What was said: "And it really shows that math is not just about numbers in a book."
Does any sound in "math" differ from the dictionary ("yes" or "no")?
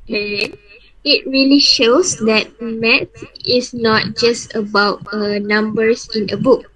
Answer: yes